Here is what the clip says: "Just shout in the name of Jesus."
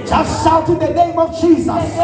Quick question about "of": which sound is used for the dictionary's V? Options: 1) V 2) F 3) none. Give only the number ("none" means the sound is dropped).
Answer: 1